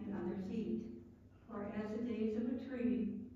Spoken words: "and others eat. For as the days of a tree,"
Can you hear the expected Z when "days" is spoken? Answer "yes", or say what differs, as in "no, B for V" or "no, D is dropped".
yes